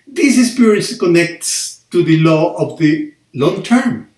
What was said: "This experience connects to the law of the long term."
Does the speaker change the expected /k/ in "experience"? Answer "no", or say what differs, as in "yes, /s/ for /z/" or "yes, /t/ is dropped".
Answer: yes, /k/ is dropped